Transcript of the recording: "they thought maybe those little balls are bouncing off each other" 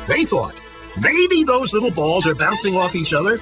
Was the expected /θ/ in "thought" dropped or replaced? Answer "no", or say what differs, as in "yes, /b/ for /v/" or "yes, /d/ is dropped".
no